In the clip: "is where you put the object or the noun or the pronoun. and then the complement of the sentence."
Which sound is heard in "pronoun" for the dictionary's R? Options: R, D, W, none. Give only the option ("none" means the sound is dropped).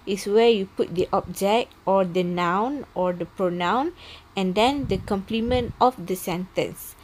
R